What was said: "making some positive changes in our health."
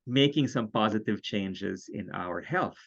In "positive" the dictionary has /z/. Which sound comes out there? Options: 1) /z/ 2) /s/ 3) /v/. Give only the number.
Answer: 1